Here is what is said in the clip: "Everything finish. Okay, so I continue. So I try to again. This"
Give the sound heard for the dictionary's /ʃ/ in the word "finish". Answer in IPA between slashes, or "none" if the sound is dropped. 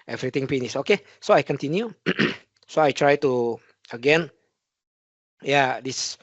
/s/